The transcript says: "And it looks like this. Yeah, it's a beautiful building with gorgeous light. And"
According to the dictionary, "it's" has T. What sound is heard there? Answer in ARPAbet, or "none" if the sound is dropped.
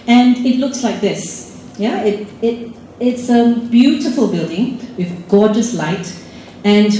T